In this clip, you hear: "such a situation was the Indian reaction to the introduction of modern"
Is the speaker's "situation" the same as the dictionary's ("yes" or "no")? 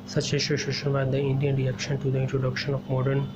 no